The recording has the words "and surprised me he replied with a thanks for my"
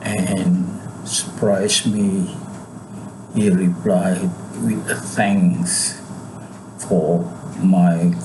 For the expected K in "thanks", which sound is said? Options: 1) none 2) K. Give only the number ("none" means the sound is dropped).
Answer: 1